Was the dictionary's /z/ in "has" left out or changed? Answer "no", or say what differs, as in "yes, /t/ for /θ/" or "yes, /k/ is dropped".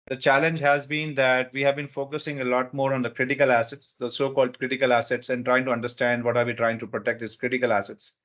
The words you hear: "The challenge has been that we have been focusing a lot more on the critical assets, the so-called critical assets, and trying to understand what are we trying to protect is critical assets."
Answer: no